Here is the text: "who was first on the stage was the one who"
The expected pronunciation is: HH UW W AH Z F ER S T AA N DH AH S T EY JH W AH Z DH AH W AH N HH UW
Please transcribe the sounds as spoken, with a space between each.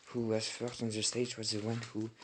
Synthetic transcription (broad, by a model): HH UW W AH Z F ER T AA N DH AH S T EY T W AH Z DH AH W AH N HH UW